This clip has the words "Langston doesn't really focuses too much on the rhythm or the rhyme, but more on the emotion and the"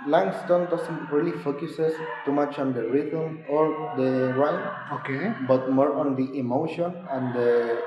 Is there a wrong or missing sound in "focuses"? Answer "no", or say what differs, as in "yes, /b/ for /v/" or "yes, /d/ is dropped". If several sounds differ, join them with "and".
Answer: yes, /s/ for /z/